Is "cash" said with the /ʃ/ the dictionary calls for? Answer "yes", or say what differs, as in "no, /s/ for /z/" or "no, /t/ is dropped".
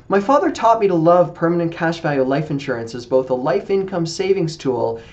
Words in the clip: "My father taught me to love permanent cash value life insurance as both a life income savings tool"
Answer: yes